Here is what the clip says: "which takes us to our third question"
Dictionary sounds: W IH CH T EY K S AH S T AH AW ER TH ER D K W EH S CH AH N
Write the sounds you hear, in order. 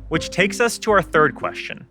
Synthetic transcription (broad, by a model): W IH CH T EY K S AH S T AH AW ER TH ER D K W EH S CH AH N